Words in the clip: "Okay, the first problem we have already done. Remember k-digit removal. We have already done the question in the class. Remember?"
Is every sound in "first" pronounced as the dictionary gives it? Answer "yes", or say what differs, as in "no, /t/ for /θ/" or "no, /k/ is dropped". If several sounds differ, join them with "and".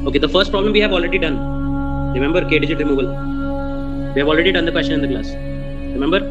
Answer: yes